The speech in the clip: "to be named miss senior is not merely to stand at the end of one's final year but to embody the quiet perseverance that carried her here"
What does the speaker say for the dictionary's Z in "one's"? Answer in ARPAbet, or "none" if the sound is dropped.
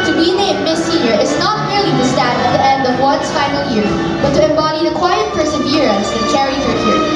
S